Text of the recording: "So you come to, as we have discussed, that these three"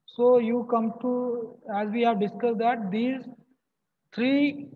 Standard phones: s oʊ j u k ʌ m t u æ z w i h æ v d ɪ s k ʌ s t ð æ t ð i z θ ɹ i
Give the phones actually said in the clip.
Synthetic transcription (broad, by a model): s oʊ j u k ʌ m t u æ z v i h æ v d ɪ s k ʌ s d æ t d i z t ɹ i